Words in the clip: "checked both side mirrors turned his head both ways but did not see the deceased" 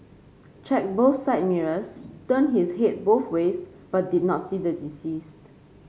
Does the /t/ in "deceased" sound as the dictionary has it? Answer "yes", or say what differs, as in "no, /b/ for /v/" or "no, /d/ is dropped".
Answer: yes